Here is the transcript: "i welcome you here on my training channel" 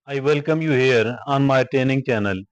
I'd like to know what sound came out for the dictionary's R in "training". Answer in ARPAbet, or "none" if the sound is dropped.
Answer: none